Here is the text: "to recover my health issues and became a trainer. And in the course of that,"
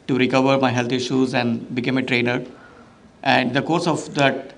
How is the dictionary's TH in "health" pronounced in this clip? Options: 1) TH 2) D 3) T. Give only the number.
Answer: 3